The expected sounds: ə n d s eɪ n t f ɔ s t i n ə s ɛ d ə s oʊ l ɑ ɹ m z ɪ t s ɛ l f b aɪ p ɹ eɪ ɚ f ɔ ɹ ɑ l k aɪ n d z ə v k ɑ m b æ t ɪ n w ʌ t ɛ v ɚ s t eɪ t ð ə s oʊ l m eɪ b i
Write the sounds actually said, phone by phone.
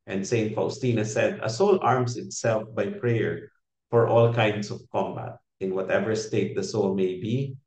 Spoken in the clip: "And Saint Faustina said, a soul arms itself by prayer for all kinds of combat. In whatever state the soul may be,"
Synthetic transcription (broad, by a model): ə n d s eɪ n t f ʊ s t i n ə s ɛ d ə s oʊ l ɑ ɹ m s ɪ t s ɛ l f b aɪ p ɹ eɪ ɚ f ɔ ɹ ɑ l k aɪ n d s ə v k ɑ m b æ t ɪ n w ʌ t ɛ v ɚ s t eɪ t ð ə s oʊ l m eɪ b i